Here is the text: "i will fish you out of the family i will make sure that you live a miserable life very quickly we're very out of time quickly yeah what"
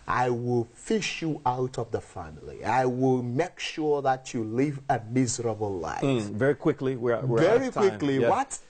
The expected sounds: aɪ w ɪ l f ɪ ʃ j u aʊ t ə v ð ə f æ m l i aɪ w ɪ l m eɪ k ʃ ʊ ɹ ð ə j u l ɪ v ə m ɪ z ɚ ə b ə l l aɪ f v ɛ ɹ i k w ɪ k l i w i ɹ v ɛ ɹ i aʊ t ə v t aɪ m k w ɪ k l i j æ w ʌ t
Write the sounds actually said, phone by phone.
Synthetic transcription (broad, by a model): aɪ w ɪ l f ɪ ʃ j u aʊ t ə v ð ə f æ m l i aɪ w ɪ l m eɪ k ʃ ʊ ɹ ð ə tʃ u l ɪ v ə m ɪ z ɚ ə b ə l l aɪ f v ɛ ɹ i k w ɪ k l i w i w v ɛ ɹ i k w ɪ k l i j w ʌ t